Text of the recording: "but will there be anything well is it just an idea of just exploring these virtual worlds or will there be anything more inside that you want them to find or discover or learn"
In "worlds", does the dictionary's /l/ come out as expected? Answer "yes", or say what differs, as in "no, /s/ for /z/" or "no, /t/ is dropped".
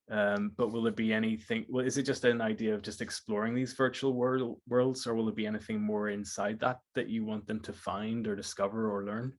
yes